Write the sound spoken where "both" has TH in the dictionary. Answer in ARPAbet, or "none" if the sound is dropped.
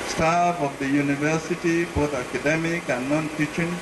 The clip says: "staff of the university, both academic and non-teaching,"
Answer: T